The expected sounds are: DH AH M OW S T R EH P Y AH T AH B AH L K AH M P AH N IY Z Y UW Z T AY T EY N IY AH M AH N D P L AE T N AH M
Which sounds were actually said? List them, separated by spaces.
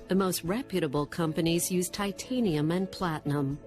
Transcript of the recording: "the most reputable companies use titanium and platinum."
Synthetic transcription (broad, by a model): DH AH M OW S T R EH P Y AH T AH B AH L K AH M P AH N IY Z Y UW Z T AY T EY N IY AH M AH N P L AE T N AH M